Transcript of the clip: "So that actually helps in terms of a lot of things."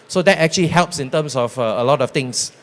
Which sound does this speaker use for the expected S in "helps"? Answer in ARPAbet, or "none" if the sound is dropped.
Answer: S